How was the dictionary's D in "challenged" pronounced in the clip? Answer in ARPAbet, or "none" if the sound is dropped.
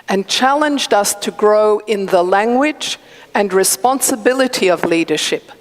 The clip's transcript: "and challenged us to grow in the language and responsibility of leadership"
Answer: D